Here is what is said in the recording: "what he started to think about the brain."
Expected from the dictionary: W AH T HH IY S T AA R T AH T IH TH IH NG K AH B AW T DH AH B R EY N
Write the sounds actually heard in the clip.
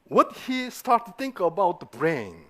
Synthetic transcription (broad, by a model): W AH T HH IY S T AA R T AH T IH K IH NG AH B AW T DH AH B R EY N